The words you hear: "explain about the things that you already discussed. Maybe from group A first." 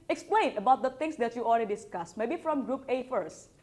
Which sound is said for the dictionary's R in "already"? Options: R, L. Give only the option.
L